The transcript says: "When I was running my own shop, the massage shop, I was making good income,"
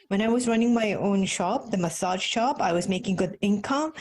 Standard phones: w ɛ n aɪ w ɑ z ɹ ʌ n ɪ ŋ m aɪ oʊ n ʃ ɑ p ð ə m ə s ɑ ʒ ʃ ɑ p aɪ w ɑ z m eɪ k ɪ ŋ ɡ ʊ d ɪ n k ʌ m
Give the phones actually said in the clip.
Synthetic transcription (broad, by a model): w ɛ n aɪ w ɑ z ɹ ʌ n ɪ ŋ m aɪ oʊ n ʃ ɑ p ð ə m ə s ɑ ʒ ʃ ɑ p aɪ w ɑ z m eɪ k ɪ ŋ ɡ ʊ d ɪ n k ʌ m